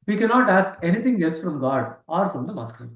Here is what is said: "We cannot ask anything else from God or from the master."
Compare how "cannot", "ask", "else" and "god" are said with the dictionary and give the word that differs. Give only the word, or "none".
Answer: none